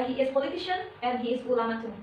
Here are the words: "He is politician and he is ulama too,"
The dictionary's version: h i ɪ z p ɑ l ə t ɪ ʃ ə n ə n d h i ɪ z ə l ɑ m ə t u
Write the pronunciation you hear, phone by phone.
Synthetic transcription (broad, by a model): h i ɪ z p ɑ l ə t ɪ ʃ ə n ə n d h i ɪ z ə l ɑ m ə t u